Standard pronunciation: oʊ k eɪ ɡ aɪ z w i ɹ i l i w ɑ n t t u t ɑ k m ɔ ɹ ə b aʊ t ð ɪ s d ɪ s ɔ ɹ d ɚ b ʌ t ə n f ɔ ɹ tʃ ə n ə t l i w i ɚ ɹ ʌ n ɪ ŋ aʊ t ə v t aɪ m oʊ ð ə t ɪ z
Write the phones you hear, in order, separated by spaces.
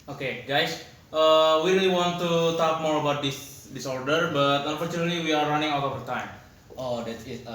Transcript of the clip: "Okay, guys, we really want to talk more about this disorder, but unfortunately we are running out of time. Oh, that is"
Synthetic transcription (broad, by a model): oʊ k eɪ ɡ aɪ s w i ɹ i l i w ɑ n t t u t ɑ k m ɔ ɹ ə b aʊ t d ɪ s d ɪ s ɔ ɹ d ɚ b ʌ t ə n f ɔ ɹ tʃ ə n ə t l i w i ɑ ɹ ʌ n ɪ ŋ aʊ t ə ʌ t aɪ m oʊ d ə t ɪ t